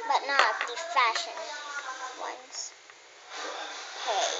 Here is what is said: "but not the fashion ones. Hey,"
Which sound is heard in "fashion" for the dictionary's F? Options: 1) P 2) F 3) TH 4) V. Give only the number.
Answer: 2